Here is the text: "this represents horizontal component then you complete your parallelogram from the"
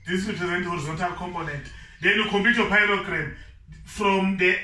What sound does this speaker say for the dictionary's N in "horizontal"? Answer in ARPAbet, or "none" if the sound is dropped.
N